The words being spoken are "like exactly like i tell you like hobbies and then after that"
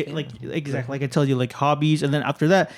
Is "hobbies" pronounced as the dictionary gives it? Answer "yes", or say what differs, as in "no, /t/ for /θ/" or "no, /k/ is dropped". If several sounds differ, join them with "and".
yes